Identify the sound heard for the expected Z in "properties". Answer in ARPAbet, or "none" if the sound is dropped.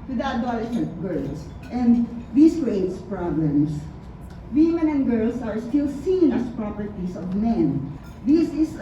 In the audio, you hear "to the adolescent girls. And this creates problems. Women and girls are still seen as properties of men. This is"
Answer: S